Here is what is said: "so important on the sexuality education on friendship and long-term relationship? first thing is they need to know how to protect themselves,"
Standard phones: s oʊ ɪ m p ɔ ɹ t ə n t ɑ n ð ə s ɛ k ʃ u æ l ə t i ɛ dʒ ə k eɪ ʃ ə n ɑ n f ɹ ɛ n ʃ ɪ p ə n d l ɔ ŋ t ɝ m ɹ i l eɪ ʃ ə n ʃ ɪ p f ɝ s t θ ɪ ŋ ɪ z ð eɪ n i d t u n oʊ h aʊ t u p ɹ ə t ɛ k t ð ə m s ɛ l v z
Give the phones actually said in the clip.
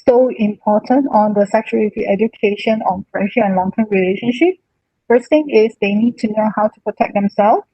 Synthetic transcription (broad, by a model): s oʊ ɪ m p ɔ t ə n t ɑ n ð ə s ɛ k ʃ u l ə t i ɛ dʒ ə k eɪ ʃ ə n ɑ n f ɹ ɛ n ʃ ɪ ə n l ɔ ŋ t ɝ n ɹ i l eɪ ʃ ə n ʃ ɪ p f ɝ s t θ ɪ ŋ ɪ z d eɪ n i d t u n oʊ h aʊ t u p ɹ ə t ɛ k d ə m s ɛ l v